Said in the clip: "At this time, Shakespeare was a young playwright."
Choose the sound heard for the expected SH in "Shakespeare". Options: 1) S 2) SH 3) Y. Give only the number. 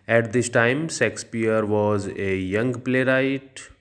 1